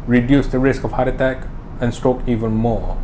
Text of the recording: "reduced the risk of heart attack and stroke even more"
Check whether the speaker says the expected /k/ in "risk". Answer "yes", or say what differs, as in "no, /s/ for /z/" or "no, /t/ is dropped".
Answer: yes